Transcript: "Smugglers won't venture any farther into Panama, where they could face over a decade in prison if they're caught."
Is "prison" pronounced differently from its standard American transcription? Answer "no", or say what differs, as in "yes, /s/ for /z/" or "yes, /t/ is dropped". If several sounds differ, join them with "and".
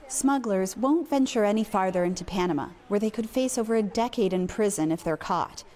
no